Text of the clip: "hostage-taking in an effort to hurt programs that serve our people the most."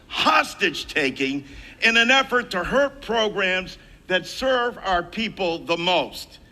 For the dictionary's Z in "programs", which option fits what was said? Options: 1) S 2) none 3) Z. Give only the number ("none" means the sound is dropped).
3